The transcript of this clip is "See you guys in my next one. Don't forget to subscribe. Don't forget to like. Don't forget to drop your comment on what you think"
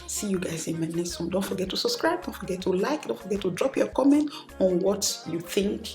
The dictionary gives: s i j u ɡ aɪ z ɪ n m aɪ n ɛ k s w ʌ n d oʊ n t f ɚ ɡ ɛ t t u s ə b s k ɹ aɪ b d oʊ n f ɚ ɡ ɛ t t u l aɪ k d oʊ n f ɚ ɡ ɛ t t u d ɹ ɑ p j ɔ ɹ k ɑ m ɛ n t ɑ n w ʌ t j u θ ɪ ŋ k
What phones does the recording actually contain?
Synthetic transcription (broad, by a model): s i j u ɡ aɪ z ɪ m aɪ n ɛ s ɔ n d oʊ n t f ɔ ɡ ɛ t t u s ə b s k ɹ aɪ b d oʊ n f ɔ ɡ ɛ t t u l aɪ k d oʊ n f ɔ ɡ ɛ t t u d ɹ ɑ p j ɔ k ɑ m ɛ n t ɑ n w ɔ t j u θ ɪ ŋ k